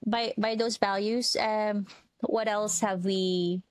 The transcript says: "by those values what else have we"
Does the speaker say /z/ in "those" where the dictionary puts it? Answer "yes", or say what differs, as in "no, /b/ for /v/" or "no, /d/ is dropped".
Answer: yes